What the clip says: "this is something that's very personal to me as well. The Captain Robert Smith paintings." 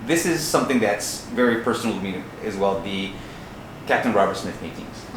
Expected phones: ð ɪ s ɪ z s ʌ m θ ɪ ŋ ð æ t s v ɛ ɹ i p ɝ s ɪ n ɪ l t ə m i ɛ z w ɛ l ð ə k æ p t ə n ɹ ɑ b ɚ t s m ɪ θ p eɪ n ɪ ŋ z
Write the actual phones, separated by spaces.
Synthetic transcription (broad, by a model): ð ɪ s ɪ z s ʌ m θ ɪ ŋ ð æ t s v ɛ ɹ i p ɝ s n l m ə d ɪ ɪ z w ɛ l ð ə k æ p t ə n ɹ ɑ b ɚ t s m ɪ θ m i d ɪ ŋ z